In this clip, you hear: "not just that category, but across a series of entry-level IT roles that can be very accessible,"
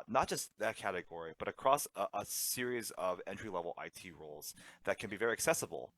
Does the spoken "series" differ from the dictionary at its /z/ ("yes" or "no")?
no